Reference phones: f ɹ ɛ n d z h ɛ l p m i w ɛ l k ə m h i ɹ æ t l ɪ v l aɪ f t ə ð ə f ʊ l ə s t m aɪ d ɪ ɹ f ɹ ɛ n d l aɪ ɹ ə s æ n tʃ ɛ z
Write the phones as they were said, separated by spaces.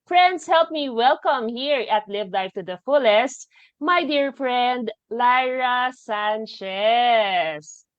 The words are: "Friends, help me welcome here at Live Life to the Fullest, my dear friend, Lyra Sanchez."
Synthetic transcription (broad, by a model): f ɹ ɛ n d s h ɛ l p m i w ɛ l k ə m h i ɹ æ t l ɪ v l aɪ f t ə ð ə f ʊ l ə s t m aɪ d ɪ ɹ f ɹ ɛ n d l aɪ ɹ ə s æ n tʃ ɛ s